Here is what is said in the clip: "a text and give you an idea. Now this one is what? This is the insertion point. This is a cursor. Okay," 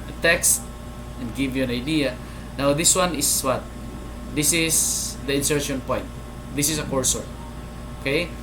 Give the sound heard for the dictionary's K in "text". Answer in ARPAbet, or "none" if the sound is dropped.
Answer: K